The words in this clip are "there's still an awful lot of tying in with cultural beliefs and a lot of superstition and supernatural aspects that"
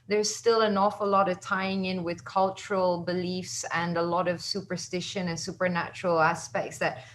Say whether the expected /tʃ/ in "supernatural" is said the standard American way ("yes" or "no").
yes